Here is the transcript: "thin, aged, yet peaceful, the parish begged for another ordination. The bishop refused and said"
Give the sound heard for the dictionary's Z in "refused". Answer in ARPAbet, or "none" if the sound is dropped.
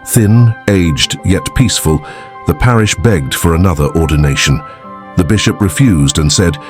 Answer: Z